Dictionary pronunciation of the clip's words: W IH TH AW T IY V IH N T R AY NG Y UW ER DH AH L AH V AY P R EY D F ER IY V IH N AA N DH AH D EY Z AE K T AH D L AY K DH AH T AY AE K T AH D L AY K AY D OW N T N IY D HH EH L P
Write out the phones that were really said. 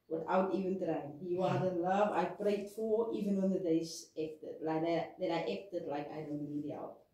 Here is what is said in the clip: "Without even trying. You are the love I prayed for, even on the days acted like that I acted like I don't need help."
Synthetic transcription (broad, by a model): W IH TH AW T IY V IH N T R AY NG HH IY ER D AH L AH V AY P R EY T F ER IY V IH N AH N DH AH D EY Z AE K T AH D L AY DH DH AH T AY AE K T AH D L AY K AY D OW N T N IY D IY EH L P